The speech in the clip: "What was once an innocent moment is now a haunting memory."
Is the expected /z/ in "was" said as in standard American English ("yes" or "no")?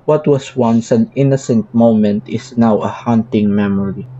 no